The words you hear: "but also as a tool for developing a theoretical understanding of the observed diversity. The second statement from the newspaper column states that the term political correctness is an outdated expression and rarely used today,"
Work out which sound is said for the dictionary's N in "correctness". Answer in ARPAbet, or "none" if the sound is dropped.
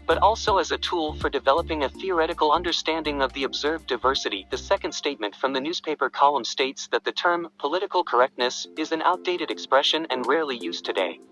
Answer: N